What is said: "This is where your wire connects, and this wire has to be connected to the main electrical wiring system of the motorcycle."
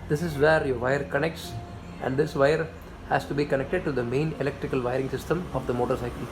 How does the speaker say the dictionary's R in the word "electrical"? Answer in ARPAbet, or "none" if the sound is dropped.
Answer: R